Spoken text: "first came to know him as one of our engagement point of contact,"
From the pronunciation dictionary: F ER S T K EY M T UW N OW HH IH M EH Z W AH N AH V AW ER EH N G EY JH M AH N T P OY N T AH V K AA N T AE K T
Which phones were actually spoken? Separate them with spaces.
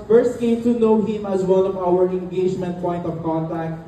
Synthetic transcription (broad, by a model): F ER S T K EY M T UW N OW HH IH M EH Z W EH L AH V AW ER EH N G EY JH M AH N T P OY N T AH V K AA N T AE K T